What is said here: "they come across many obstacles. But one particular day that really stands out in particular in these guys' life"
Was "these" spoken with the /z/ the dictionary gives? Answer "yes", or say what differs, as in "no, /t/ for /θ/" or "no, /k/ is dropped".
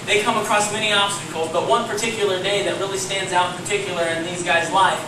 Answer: yes